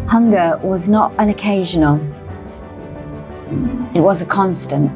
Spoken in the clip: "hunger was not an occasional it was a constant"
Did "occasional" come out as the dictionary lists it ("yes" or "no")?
yes